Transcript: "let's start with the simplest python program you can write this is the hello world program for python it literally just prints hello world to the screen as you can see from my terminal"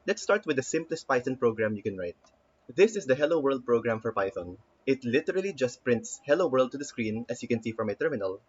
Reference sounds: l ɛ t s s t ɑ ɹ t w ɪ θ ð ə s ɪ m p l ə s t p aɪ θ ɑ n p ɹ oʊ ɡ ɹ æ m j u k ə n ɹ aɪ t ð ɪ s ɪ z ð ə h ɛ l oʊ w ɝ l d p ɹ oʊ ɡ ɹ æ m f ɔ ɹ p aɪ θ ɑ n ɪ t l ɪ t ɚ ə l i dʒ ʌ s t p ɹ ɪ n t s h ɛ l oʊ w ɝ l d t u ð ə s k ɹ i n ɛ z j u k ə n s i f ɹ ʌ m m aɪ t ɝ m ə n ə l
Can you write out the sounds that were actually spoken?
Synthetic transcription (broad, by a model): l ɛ t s s t ɑ ɹ t w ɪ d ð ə s ɪ m p l ə s t p aɪ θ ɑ n p ɹ oʊ ɡ ɹ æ m j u k ə n ɹ aɪ t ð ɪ s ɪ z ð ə h ɛ l oʊ w ɝ l d p ɹ oʊ ɡ ɹ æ m f ɔ ɹ p aɪ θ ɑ n ɪ t l ɪ t ɚ ə l i dʒ ʌ s t p ɹ ɪ n t s h ɛ l oʊ w ɝ l d t u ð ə s k ɹ i n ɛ s j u k ə n s i f ɹ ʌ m m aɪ t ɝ m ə n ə l